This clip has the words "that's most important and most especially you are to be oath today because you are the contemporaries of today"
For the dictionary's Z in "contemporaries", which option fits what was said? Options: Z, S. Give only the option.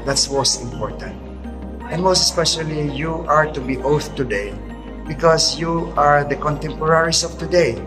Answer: S